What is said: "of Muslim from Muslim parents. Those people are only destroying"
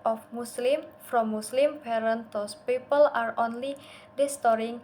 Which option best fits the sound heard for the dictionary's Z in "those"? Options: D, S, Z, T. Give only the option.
S